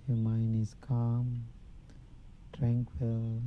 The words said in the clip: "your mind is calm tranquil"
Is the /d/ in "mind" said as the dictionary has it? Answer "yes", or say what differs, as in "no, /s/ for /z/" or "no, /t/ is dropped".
no, /d/ is dropped